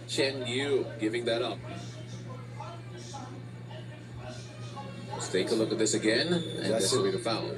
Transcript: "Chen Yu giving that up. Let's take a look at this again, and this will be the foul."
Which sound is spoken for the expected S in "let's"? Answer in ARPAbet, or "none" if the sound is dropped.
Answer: none